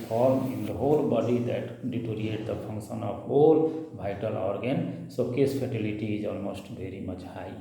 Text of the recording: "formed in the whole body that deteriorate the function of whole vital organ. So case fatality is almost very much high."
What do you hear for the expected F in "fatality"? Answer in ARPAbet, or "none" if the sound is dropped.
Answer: P